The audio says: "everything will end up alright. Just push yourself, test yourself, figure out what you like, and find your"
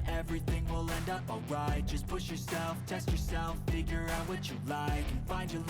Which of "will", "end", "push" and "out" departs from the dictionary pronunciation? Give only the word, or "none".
none